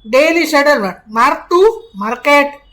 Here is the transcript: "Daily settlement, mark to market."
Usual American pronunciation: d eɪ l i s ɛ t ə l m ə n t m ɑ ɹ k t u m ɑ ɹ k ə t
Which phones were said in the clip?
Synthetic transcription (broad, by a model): d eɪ l i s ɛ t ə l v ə t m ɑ ɹ t u m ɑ ɹ k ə t